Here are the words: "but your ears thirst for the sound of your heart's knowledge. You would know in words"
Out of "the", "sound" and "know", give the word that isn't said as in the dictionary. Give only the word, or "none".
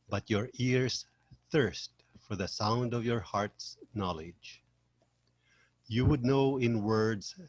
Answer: none